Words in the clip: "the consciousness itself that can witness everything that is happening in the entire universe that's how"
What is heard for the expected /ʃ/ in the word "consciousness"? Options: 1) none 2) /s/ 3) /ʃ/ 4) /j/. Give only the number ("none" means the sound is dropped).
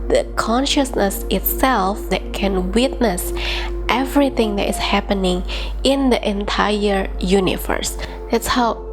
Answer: 3